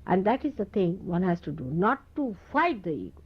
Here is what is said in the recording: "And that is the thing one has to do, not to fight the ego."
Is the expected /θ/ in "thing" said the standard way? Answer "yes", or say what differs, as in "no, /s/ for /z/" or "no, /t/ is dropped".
no, /t/ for /θ/